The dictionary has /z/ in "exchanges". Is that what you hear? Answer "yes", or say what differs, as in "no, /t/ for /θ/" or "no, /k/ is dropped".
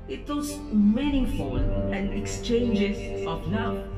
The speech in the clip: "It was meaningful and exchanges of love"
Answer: no, /s/ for /z/